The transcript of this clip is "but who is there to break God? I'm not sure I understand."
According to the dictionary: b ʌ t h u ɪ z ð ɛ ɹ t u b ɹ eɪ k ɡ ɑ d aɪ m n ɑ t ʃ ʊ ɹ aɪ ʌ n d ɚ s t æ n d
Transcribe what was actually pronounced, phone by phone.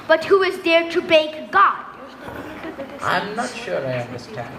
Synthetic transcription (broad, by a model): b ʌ t h u ɪ z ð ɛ ɹ t u b eɪ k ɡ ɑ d aɪ m n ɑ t ʃ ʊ ɹ aɪ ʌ n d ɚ s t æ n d